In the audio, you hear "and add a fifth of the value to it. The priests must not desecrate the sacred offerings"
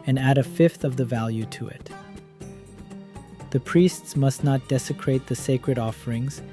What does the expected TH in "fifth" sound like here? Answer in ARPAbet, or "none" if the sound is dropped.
TH